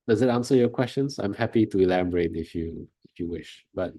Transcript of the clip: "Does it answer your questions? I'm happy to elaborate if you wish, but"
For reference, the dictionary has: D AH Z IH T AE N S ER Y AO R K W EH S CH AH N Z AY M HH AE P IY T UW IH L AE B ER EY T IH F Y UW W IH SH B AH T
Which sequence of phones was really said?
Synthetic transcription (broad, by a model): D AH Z IH T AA N S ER Y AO K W EH S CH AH N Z AY M HH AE P IY T UW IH L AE B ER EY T IH F Y UW W IH SH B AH T